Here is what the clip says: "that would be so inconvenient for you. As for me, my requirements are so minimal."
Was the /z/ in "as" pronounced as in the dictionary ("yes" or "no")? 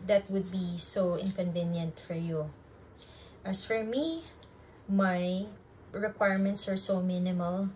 no